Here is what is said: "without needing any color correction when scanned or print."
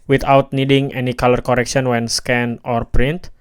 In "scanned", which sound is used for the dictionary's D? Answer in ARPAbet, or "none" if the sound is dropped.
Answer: none